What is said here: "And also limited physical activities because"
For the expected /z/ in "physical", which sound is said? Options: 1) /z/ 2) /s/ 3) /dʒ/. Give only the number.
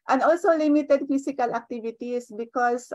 2